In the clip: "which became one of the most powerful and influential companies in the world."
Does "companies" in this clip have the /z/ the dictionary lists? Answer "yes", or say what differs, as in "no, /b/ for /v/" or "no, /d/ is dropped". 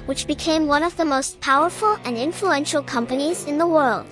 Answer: yes